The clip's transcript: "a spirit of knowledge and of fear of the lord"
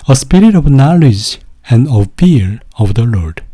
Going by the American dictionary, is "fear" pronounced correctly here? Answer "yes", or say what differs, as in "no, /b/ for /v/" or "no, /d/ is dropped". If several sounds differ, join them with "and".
no, /l/ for /ɹ/